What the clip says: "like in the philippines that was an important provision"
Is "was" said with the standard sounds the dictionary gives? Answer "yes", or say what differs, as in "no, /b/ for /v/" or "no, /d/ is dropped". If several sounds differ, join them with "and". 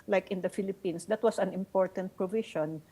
no, /s/ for /z/